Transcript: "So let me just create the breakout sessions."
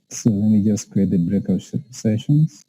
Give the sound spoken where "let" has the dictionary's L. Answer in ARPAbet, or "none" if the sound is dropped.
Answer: W